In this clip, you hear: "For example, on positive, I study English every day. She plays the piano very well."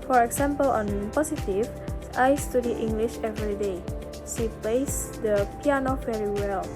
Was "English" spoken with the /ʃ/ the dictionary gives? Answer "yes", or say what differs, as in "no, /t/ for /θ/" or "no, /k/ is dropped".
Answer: yes